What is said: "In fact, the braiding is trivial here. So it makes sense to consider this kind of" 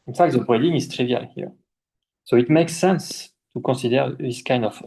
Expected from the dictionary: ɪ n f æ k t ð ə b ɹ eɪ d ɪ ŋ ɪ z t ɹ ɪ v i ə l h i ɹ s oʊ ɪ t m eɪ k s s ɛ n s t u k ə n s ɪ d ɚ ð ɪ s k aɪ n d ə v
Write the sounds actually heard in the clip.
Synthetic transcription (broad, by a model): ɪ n f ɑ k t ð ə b eɪ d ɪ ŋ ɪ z t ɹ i v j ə l h i ɹ s oʊ ɪ t m eɪ k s s ɛ n s t u k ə s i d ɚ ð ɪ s k aɪ n d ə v